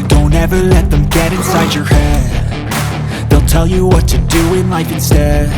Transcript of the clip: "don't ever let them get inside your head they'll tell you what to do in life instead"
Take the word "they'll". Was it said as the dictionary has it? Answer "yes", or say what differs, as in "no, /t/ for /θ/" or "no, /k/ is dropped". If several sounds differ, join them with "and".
yes